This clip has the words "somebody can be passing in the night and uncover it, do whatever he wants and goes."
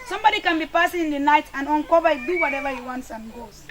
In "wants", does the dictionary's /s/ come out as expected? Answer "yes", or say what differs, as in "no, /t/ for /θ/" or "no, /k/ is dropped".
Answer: yes